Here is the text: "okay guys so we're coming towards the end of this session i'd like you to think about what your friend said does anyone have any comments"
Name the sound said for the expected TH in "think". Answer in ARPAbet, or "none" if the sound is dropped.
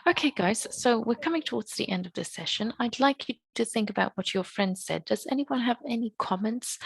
TH